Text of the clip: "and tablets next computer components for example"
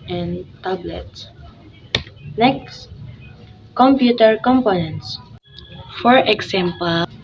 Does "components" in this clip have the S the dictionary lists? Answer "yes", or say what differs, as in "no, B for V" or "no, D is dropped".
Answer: yes